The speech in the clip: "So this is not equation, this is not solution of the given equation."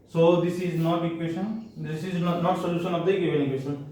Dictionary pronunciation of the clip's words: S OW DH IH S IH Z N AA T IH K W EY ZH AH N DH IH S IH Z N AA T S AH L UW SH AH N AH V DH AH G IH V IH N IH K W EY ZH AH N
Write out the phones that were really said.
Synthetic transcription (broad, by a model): S OW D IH S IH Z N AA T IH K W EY S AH N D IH S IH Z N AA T S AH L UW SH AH N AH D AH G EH B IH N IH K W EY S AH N